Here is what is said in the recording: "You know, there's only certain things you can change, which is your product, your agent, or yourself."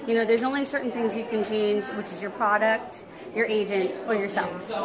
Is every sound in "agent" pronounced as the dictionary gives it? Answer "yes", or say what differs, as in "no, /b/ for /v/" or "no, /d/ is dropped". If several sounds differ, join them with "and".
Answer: yes